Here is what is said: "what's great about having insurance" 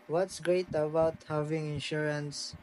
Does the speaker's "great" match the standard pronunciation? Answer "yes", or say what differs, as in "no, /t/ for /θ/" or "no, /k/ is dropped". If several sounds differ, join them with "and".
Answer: yes